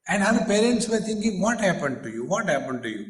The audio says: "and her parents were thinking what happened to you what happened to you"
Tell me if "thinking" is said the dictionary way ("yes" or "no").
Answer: no